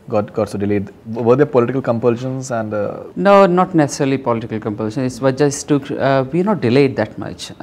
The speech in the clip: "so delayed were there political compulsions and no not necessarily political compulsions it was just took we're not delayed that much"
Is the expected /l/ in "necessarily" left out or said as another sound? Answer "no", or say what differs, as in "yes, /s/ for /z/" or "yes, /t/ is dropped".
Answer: no